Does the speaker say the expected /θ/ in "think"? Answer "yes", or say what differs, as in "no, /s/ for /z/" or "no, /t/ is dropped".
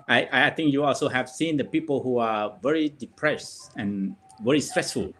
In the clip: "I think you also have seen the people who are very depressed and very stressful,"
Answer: no, /t/ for /θ/